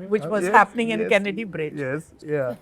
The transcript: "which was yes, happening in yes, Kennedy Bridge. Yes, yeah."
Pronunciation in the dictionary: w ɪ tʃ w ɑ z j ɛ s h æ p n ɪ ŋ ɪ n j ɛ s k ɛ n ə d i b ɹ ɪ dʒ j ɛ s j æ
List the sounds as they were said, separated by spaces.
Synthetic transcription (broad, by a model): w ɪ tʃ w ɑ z h æ p n ɪ ŋ ɪ n k ɛ n ə d i b ɹ ɪ dʒ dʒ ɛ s j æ